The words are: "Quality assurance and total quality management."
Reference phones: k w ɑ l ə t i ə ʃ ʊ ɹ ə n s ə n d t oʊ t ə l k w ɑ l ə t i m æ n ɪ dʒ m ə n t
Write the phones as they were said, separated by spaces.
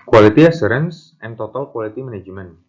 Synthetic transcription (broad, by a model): k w ɑ l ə t i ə s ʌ ɹ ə n s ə n t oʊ t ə l k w ɑ l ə t i m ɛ n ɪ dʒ m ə n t